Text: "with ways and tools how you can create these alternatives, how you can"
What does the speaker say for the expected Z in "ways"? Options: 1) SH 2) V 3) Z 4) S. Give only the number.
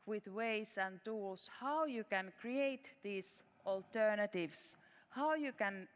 4